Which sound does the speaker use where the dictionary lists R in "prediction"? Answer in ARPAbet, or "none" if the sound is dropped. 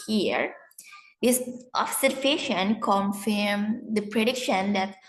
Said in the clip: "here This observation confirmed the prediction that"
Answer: R